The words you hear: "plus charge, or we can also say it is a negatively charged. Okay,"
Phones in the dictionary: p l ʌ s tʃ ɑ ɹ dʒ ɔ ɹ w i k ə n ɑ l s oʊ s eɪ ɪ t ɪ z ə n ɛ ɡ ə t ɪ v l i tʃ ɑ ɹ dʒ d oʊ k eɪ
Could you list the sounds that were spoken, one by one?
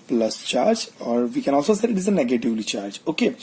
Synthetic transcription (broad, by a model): p l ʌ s tʃ ɑ ɹ dʒ ɔ ɹ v i k ə n ɑ l s oʊ s eɪ ɪ t ɪ z ə n ɛ ɡ ə t ɪ v l i tʃ ɑ ɹ dʒ oʊ k eɪ